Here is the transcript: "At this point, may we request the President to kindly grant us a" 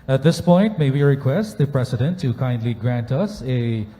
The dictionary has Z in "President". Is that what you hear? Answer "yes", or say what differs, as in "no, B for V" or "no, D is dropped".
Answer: no, S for Z